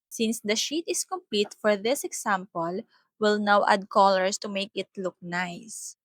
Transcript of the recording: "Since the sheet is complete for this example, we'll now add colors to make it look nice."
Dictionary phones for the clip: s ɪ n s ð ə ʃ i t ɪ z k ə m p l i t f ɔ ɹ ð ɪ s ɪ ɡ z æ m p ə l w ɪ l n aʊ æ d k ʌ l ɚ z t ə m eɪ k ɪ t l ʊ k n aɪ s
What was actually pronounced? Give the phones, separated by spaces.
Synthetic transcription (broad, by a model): s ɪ n s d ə ʃ i t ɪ s k ə m p l i t f ɔ ɹ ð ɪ s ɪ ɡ s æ m p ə l w ɪ l n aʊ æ d k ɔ l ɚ s t ə m eɪ k ɪ t l ʊ k n aɪ s